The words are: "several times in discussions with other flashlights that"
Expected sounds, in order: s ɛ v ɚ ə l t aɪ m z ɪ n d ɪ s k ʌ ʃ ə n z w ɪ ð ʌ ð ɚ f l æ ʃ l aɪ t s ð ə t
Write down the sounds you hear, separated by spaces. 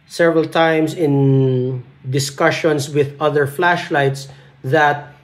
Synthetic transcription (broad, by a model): s ɛ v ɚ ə l t aɪ m s ɪ n d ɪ s k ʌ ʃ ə n s w ɪ ð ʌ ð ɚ f l æ ʃ l aɪ t s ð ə t